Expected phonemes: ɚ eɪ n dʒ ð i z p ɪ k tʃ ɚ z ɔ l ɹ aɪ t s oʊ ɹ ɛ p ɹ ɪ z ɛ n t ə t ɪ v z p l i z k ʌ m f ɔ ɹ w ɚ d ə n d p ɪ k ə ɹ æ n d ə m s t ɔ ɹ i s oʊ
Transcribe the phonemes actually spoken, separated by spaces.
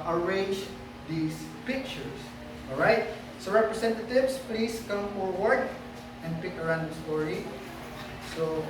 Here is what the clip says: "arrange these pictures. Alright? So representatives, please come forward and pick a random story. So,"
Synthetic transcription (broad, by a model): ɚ eɪ n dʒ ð i s p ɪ k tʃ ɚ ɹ ɔ l ɹ aɪ t s oʊ ɹ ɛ p ɹ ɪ s ɛ n t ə t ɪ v s p l i s k ʌ m f ɔ ɹ w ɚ d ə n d p ɪ k ə ɹ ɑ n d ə s t ɔ ɹ i s oʊ